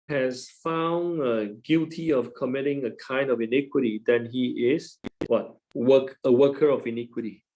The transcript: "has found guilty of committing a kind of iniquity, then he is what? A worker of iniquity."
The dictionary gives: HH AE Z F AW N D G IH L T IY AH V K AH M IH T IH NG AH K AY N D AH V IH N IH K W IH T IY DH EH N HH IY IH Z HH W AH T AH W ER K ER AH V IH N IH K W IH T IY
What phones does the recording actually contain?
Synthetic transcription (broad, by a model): HH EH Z F AW N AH G IH L T IY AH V K AH M IH T IH NG AH K AY N D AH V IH N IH K W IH T IY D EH N HH IY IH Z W W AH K AH W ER K ER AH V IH N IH K W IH T IY